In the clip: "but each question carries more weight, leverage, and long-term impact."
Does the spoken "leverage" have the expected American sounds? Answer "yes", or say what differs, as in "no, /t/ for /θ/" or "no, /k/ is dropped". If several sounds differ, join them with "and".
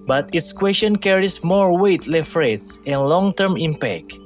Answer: no, /f/ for /v/